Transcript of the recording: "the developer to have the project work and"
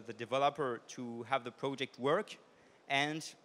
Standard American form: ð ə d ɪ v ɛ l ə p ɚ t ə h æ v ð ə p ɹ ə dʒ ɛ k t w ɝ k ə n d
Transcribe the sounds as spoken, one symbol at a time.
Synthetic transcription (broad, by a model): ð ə d ɪ v ɛ l ə p ɚ t ə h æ v ð ə p ɹ ə dʒ ɛ k t w ɝ k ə n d